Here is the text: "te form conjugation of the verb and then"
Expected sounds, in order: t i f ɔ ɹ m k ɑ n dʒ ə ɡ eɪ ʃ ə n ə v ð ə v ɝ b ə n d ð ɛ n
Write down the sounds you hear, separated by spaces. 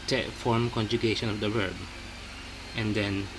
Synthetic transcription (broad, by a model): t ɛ f ɔ ɹ m k ɑ n dʒ ə ɡ eɪ ʃ ə n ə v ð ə w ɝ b ə n d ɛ n